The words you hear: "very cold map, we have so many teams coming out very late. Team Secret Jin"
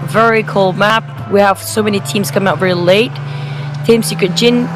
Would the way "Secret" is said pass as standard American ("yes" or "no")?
no